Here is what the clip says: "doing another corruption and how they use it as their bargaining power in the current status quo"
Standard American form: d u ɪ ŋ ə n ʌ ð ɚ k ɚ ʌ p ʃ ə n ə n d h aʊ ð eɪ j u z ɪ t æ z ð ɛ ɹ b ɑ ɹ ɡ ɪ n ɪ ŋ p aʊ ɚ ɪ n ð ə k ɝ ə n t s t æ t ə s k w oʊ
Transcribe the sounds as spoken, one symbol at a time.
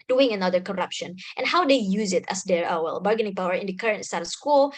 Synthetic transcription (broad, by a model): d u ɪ ŋ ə n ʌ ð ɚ k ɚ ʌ p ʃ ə n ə n h aʊ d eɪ j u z ɪ t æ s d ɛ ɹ b ɑ ɹ ɡ ɪ n ɪ ŋ p aʊ ɚ ɪ n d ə k ɝ ə n t s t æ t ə s k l